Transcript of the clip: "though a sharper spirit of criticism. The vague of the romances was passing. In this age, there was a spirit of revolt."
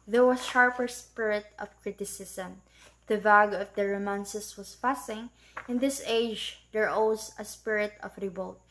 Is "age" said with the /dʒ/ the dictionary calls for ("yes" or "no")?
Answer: yes